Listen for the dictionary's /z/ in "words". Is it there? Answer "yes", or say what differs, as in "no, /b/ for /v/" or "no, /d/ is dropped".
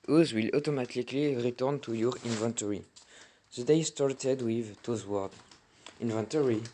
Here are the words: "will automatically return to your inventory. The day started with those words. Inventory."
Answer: no, /z/ is dropped